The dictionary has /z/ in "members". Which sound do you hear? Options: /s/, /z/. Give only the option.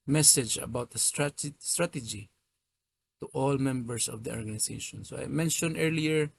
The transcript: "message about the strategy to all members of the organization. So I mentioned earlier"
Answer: /s/